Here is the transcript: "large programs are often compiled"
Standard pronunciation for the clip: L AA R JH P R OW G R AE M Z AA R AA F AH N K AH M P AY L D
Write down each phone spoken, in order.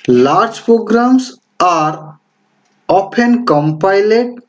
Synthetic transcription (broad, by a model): L AA R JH P R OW G R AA M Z AA R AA P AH N K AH M P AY L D